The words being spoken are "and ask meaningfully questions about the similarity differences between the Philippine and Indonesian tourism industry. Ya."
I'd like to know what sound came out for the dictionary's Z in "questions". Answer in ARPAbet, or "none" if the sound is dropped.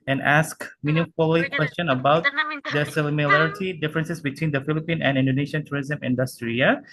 none